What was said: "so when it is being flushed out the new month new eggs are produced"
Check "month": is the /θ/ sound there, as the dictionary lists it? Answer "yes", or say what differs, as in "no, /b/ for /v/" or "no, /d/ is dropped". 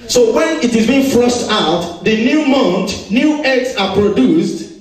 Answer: no, /t/ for /θ/